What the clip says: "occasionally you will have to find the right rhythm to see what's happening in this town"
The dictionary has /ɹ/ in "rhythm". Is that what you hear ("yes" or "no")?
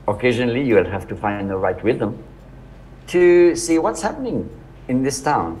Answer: no